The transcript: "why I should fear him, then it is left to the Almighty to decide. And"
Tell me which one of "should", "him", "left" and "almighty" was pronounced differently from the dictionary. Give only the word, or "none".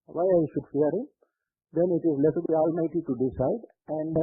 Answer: left